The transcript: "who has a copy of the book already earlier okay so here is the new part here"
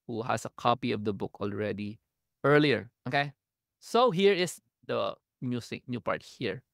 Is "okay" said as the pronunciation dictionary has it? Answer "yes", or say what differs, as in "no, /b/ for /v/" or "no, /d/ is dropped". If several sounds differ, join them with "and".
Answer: yes